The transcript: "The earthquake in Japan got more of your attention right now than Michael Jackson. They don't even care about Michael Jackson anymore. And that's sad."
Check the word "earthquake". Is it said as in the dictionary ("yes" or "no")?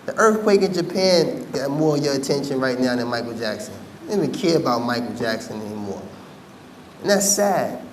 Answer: yes